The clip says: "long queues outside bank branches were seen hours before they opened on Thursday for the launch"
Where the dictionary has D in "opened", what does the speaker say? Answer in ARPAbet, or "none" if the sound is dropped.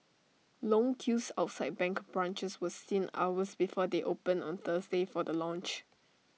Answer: none